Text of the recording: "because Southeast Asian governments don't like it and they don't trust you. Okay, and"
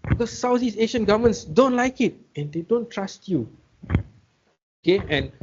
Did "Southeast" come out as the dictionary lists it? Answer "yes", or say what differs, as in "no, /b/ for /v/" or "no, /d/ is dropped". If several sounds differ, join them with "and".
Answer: no, /t/ is dropped